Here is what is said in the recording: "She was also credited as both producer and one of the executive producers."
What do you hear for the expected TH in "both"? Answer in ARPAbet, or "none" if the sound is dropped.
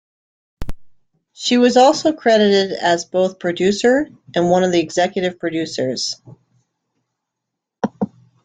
TH